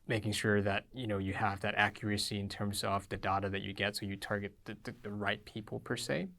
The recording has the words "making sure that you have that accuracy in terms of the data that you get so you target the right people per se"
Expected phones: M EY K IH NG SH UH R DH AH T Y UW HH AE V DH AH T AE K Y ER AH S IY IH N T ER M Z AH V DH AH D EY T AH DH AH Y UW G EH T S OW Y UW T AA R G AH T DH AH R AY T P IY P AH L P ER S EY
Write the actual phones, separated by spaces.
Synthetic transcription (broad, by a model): M EY K IH NG SH UH R DH AH T Y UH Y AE V DH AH T AE K Y ER AH S IY IH N T ER M Z AH V DH AH D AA T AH DH AH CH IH G EH T S OW Y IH T AA R G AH T DH AH R AY T P IY P L P ER S EY